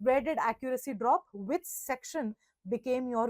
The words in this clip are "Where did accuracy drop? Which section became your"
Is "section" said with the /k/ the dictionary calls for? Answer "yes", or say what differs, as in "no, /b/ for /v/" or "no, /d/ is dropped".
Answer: yes